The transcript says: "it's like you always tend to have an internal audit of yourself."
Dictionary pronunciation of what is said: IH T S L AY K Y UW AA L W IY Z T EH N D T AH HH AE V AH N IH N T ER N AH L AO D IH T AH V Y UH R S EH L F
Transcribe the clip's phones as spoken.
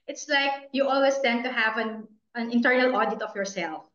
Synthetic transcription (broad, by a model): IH T S L AY K Y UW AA L W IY S T EH N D T AH HH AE V AH N IH N T ER N AH L AO D IH T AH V Y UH R S EH L F